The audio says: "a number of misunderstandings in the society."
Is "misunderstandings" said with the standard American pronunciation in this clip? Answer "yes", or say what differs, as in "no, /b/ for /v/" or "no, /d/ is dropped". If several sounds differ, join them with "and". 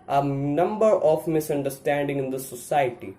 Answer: no, /z/ is dropped